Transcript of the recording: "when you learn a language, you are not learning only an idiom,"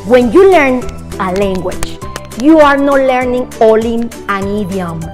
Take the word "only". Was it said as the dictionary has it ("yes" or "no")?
no